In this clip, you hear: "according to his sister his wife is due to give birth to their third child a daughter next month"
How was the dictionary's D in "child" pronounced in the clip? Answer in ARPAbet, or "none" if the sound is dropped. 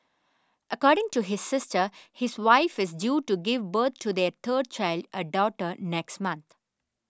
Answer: D